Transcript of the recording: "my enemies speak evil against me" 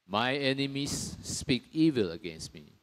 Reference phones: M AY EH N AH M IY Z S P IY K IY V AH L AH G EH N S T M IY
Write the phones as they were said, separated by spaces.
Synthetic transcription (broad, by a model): M AY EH N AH M IY S P IY K IY V AH L AH G EH N S T M IY